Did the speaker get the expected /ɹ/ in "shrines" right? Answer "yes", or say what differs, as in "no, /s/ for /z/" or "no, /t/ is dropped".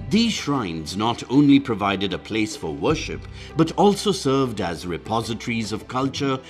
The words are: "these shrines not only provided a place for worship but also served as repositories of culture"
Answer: yes